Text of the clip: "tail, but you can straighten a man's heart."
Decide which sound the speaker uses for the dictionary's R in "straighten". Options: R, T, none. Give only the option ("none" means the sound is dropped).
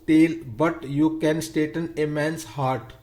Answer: none